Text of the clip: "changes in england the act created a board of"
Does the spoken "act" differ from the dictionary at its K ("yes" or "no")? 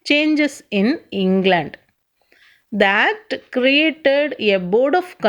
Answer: yes